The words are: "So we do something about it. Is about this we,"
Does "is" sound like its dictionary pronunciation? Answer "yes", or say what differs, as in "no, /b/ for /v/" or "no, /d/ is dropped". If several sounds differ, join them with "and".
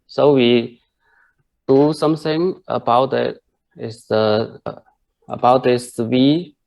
no, /s/ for /z/